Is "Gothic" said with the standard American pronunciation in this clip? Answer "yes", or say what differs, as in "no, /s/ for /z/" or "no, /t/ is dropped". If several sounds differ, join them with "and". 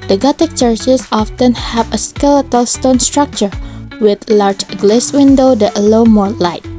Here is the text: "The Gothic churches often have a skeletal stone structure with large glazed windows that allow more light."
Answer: no, /t/ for /θ/